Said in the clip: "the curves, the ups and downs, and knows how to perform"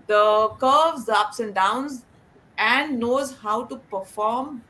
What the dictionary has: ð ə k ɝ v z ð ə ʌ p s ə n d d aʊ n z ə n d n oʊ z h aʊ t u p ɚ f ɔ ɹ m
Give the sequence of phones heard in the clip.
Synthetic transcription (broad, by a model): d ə k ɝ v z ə ʌ p s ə n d d aʊ n z ə n d n oʊ z h aʊ t u p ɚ f ɔ ɹ m